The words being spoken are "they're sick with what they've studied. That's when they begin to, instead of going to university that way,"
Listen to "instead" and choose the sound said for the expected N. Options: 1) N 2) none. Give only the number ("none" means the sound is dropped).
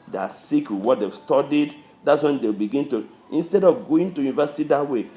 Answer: 1